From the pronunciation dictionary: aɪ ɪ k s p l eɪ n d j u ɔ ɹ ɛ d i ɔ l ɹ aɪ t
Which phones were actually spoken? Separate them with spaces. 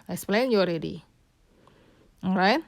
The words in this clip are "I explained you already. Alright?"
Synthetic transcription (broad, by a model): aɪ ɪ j s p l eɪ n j ɔ ɹ ɛ d i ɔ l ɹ aɪ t